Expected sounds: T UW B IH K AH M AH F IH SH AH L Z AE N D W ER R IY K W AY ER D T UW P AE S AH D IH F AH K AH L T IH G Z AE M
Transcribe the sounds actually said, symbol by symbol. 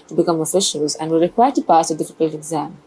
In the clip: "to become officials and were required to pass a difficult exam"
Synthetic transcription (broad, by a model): T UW B IH K AH M AH F IH SH AH L Z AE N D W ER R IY K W AY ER T UW P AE S AH D IH F AH K AH L T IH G Z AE M